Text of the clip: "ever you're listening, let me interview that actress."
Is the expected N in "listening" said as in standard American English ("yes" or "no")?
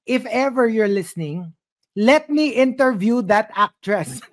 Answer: yes